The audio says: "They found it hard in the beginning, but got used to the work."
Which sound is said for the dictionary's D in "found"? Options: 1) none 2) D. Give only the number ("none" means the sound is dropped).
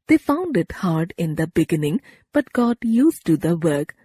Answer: 2